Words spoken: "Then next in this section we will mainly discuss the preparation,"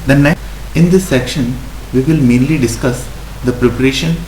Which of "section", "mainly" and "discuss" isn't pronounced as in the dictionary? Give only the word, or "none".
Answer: none